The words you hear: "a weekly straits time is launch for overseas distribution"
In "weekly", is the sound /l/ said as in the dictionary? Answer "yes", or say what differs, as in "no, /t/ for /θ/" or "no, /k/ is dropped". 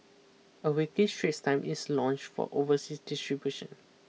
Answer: no, /l/ is dropped